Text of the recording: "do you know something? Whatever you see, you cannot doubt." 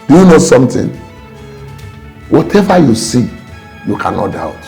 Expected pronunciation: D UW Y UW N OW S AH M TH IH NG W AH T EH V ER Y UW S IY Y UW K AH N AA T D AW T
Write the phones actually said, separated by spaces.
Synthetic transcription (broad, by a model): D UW Y UW N OW S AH M T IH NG W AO T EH V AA Y UW S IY Y UW K AH N AA T D AW T